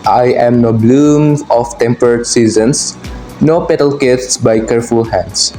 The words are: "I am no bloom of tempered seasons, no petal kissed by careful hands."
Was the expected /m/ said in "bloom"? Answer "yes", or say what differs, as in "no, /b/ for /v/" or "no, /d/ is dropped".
yes